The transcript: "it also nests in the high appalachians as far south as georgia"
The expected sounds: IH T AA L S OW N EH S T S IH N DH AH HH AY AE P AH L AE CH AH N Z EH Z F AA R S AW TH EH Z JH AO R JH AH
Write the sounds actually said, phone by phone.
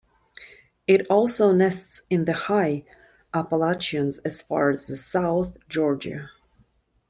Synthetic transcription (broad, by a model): IH T AA L S OW N EH S T S IH N DH AH HH AY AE P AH L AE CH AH N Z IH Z F AA R S AW TH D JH AO R JH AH